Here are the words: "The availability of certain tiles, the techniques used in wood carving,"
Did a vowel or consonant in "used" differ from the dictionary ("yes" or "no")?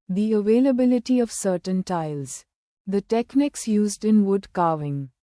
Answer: no